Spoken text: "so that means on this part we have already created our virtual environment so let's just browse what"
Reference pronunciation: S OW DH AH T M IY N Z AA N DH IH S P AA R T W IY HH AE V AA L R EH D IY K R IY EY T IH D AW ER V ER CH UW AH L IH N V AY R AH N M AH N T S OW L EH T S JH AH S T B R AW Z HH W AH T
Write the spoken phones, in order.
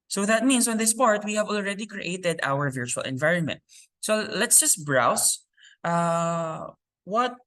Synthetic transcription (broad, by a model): S OW DH AH T M IY N S AA N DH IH S P AA R T W IY HH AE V AA L R EH D IY K R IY EY T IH D AW ER V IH CH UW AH L IH N V AY R AH N M AH N T S OW L EH T S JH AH S T B R AW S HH W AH T